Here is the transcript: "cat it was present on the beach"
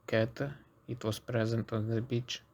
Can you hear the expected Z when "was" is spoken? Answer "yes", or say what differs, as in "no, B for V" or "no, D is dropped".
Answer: no, S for Z